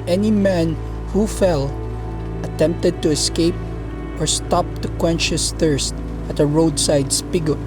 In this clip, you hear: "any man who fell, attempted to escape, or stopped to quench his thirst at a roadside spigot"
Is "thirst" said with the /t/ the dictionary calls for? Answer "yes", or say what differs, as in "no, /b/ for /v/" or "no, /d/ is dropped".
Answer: yes